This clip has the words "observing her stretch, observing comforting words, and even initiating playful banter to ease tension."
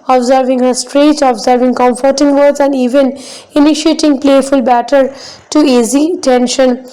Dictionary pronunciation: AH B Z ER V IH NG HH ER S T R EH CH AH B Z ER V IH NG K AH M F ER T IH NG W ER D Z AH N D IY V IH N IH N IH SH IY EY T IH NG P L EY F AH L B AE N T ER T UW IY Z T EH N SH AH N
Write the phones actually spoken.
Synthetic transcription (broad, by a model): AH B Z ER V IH NG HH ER S T R EH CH AH B Z ER V IH NG K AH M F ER T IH NG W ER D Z AH N D IY V IH N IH N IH SH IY EY T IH NG P L EY F AH L B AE T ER T UW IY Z T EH N SH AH N